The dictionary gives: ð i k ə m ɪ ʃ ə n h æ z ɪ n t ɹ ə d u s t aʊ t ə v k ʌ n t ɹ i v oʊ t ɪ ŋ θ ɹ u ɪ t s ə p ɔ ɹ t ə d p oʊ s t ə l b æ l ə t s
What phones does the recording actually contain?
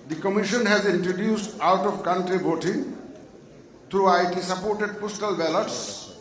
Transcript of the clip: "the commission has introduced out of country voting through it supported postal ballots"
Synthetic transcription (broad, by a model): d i k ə m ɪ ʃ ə n h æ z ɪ n t ɹ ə d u s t aʊ t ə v k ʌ n t ɹ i b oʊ t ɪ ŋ t ɹ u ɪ t s ə p ɔ ɹ t ə d p oʊ s t ə l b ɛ l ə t s